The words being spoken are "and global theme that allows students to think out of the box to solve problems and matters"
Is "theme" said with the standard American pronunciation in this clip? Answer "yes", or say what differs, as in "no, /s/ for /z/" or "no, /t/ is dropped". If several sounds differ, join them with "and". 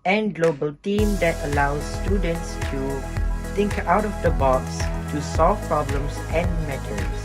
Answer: no, /t/ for /θ/